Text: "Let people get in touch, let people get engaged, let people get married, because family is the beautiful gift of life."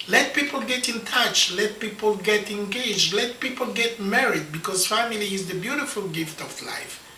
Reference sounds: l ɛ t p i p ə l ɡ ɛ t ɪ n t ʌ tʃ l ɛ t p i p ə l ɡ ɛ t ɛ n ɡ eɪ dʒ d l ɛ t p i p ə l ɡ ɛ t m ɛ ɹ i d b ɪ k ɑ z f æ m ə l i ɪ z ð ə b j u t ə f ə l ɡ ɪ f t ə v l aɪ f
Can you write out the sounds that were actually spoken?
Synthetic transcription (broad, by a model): l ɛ t p i p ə l ɡ ɛ t ɪ n t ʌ tʃ l ɛ t p i p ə l ɡ ɛ t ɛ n ɡ eɪ dʒ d l ɛ t p i p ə l ɡ ɛ t m ɛ ɹ i d b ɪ k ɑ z f æ m ə l i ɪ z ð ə b j u t ə f ə l ɡ ɪ f t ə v l aɪ f